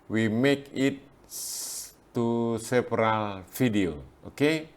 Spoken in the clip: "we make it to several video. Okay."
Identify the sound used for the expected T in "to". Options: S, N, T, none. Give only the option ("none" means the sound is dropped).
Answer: S